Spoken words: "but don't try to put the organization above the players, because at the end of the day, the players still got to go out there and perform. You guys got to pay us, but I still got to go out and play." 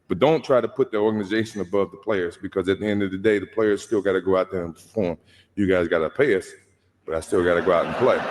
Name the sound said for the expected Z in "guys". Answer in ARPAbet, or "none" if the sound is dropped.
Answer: Z